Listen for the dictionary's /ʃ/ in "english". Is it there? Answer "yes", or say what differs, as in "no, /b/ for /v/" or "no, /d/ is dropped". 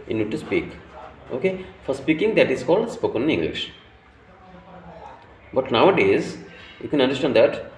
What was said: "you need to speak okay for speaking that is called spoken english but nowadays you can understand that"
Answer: yes